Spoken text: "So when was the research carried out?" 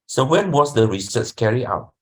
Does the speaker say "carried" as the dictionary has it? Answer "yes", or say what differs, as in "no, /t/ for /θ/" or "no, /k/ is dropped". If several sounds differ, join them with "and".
no, /d/ is dropped